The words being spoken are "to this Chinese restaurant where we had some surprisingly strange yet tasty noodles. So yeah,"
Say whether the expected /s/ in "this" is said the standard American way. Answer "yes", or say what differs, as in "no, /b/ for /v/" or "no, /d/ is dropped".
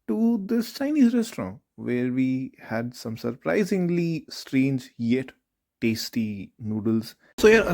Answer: no, /s/ is dropped